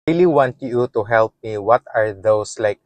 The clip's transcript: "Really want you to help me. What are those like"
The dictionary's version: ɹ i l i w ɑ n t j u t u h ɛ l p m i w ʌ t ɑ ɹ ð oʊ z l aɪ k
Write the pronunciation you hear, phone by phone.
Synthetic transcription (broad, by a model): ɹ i l i w ɑ n t j u t u h ɛ l p m i w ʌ t ɑ ɹ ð oʊ s l aɪ k